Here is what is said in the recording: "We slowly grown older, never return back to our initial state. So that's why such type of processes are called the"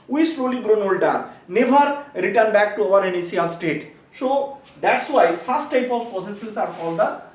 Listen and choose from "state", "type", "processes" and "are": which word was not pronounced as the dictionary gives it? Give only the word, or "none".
processes